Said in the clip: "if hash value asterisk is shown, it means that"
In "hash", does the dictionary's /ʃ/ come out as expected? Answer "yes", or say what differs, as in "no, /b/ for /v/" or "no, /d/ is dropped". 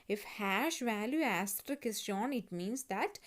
yes